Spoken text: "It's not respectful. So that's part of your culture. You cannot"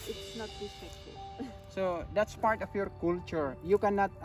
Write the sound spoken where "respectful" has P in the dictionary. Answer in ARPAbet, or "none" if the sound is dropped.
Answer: none